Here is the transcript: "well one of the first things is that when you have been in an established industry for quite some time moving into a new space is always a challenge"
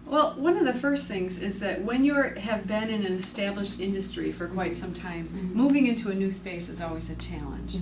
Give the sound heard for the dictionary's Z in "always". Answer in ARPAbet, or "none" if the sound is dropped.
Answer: Z